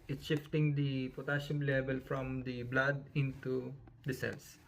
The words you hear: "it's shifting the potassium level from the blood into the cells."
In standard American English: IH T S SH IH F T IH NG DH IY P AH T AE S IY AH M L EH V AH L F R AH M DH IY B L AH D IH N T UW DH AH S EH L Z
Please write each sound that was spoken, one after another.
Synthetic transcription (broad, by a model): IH T SH IH F T IH NG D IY P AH T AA SH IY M L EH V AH L F R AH M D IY B L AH D IH N T UW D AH S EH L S